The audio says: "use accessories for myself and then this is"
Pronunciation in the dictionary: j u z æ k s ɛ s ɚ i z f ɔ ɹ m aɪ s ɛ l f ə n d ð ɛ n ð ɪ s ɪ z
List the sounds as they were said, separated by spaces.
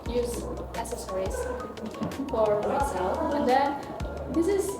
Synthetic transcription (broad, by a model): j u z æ s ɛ s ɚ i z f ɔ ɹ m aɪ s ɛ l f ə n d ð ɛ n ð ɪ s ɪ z